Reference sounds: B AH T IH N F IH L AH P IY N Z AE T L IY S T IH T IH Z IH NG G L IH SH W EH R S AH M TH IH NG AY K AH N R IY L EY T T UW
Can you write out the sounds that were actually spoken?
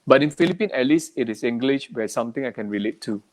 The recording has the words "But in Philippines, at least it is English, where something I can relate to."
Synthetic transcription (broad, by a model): B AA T IH N F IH L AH P IY N EH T L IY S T IH T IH S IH NG G L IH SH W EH S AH M T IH NG AY K AH N R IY L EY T T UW